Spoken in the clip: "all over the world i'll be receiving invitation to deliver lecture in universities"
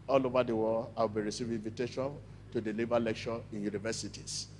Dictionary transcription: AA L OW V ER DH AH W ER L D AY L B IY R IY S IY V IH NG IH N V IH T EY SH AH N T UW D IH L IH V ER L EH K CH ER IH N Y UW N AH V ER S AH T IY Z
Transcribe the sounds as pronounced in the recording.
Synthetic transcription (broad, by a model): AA L OW V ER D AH W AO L AY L B IY R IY S IY V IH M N V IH T EY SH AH N T UW D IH L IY V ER L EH K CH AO IH N Y UW N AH V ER S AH T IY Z